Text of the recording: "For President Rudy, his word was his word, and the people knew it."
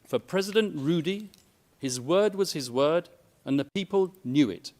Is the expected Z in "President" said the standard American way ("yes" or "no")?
yes